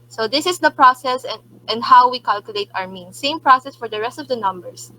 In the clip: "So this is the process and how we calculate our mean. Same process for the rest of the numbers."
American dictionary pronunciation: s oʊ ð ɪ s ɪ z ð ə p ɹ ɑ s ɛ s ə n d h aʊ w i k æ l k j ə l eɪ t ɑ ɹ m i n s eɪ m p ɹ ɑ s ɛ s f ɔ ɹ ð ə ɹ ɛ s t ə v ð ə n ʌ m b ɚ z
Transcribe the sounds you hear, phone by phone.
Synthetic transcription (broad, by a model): s oʊ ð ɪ s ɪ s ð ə p ɹ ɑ s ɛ s ə n d h aʊ w i k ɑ l k j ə l eɪ t ɑ ɹ m i n s eɪ m p ɹ ɑ s ɛ s f ɔ ɹ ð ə ɹ ɛ s t ə v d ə n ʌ m b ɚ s